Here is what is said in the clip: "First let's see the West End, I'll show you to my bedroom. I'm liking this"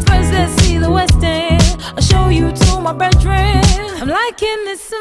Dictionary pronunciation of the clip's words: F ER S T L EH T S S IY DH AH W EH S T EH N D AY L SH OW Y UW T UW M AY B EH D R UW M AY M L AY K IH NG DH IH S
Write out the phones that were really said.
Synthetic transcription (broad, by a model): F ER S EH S S IY DH AH W EH S T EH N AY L SH OW Y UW T UW M AY B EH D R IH AY M L AY K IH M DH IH S